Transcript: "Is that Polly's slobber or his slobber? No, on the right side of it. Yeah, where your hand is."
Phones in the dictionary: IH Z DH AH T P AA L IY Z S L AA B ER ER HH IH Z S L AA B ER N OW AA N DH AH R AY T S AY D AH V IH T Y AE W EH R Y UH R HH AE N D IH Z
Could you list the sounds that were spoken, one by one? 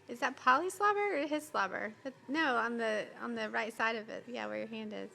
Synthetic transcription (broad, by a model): IH Z DH AH T P AA L IY S L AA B ER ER HH IH Z S L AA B ER N OW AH N DH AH R AY T S AY D AH V IH T Y AE W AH R Y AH R HH AE N D IH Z